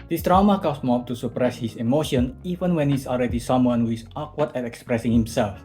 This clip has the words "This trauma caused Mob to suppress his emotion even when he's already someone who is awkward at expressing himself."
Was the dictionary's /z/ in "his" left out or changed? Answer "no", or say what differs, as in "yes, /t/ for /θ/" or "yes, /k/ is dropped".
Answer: yes, /s/ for /z/